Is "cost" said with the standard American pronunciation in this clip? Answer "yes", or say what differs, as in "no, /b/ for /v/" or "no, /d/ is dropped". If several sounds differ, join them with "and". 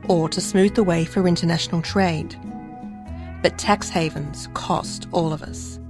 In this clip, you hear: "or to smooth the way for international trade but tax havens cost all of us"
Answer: yes